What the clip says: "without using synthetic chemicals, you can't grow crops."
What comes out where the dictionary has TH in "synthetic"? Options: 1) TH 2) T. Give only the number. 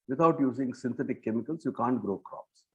2